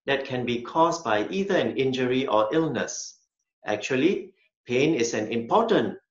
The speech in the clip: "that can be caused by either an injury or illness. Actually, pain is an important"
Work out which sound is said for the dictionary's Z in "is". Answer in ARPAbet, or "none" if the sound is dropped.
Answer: S